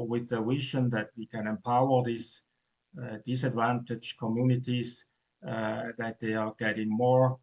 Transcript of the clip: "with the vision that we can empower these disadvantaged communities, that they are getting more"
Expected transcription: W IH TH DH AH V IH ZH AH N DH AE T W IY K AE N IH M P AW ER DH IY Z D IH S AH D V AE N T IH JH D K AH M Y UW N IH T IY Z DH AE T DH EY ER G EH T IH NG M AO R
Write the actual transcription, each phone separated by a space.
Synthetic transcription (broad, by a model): W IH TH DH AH W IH SH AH N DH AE T W IY K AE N IH M P AW ER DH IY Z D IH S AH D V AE N T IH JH K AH M Y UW N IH T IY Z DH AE T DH EY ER G EH T IH NG M AO R